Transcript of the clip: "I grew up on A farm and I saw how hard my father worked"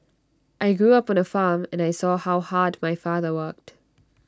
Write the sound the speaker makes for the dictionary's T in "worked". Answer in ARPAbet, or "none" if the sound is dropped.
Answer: T